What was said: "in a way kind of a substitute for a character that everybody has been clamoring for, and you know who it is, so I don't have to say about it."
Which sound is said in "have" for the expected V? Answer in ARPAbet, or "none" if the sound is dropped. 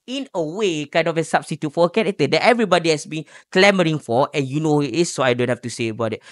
F